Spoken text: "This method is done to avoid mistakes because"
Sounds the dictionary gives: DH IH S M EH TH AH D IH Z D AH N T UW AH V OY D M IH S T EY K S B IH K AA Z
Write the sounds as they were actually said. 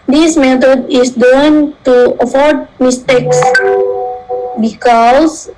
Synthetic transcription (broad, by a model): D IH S M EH T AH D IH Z D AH N T UW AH F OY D M IH S T EY K S B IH K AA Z